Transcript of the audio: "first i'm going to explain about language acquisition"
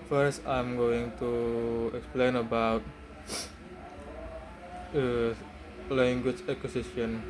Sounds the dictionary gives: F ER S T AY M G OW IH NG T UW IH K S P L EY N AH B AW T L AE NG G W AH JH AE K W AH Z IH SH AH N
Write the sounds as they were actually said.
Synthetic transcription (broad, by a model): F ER S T AY M G OW IH NG T UW IH K S P L EY N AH B AW T L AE NG G W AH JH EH K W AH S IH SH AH N